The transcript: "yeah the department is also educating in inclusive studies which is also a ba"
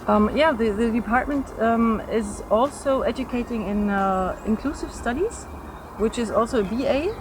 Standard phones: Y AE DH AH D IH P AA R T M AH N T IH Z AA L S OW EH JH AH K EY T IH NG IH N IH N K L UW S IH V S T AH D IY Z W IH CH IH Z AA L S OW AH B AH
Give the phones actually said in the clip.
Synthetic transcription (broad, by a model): Y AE DH AH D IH P AA R T M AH N T IH Z AA L S OW EH JH AH K EY T IH NG IH N IH N K L UW S IH V S T AH D IY Z W IH CH IH Z AA L S OW AH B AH